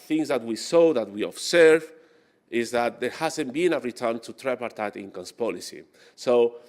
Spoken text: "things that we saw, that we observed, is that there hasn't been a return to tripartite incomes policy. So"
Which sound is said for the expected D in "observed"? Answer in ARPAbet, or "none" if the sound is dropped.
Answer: none